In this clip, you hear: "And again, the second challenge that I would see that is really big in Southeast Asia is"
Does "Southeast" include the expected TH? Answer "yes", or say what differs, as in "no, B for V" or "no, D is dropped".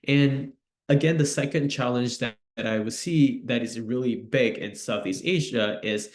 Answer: yes